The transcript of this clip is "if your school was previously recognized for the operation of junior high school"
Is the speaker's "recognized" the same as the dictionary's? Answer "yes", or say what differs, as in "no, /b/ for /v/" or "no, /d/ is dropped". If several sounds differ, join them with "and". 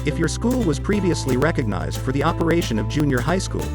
yes